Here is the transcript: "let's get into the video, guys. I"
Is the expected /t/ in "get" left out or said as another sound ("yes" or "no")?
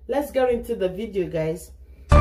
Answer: yes